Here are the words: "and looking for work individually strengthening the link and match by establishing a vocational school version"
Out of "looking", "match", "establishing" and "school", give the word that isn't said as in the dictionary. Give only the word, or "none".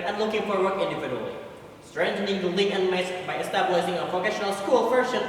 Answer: match